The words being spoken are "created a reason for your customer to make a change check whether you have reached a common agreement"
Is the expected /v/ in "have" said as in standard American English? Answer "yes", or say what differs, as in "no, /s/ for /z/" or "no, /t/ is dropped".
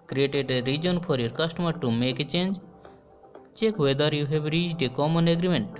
no, /b/ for /v/